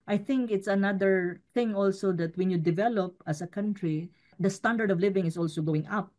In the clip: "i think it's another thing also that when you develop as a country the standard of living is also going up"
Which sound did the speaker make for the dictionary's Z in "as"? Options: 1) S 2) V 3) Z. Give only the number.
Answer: 1